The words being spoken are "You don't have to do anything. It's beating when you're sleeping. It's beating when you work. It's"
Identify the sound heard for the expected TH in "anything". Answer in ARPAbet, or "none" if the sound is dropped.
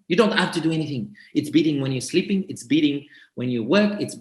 TH